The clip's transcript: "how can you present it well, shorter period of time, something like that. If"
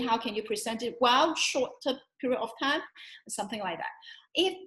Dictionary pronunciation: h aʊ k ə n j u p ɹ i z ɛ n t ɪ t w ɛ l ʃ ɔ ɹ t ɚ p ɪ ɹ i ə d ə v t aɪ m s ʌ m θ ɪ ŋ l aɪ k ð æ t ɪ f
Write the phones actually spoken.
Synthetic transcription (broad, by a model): h aʊ k ə n j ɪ p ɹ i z ɛ n t ɪ t w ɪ l ʃ ɔ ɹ t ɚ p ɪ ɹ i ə ə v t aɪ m s ʌ m θ ɪ ŋ l aɪ k ð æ t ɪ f